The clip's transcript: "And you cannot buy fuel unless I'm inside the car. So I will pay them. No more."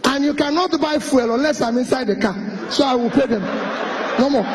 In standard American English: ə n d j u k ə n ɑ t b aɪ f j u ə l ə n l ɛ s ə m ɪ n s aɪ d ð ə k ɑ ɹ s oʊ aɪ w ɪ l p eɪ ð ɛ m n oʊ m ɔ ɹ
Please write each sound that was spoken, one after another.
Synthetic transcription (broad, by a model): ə n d j u k ə n ɑ t b aɪ f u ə l ə n l ɛ s ə m ɪ n s aɪ d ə k ɑ s oʊ aɪ w ɪ l p eɪ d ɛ m n oʊ m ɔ